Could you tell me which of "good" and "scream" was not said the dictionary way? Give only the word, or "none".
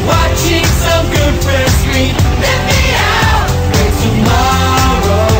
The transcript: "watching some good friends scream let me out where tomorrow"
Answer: scream